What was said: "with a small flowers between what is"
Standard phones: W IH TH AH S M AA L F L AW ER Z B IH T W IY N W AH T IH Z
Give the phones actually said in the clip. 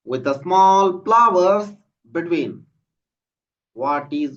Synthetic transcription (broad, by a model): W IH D AH S M AA L P L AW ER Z B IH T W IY N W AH T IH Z